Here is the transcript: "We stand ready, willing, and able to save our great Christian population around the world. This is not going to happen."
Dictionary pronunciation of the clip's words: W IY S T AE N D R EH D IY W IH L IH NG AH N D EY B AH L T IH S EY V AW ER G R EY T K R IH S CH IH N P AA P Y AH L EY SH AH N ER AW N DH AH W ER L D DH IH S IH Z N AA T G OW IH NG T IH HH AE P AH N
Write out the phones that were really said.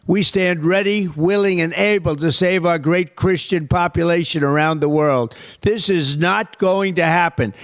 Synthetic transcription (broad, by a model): W IY S T AE N D R EH D IY W IH L IH NG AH N EY B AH L T IH S EY V AW ER G R EY T K R IH S CH IH N P AA P Y AH L EY SH AH N ER AW N DH AH W ER L D DH IH S IH Z N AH T G OW IH NG T IH HH AE P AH N